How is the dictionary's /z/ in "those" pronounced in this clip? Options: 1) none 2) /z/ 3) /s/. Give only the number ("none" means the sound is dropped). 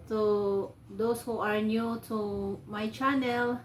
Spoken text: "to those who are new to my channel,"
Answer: 3